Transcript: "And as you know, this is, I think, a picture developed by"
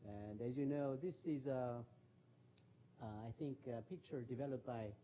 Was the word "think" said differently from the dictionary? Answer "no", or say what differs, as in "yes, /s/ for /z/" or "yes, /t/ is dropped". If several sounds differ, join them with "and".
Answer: no